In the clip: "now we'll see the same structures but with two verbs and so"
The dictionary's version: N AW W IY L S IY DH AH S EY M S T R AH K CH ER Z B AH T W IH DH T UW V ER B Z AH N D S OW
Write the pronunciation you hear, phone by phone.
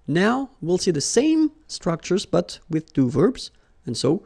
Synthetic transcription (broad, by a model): N AW W IY L S IY DH AH S EY M S T R AH K CH ER Z B AH T W IH DH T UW V ER B Z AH N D S OW